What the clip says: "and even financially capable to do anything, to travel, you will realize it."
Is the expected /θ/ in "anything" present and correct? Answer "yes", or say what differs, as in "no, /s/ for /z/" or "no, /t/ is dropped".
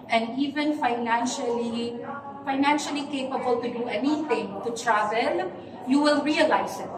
no, /t/ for /θ/